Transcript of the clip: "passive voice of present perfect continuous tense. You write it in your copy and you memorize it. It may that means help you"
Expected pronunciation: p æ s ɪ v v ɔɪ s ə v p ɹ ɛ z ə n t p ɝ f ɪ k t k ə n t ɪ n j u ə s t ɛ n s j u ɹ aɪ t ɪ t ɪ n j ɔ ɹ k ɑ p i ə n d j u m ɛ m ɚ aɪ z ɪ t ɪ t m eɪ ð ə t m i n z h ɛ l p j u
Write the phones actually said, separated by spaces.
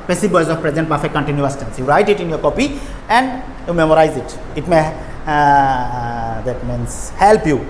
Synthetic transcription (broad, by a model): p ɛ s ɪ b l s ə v p ɹ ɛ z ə n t b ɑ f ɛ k k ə n t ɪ n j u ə s t ɛ n s j u ɹ aɪ t ɪ t ɪ n j ɔ ɹ k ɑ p i ə n d j u m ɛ m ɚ aɪ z ɪ t ɪ t m eɪ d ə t m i n s h ɛ l p j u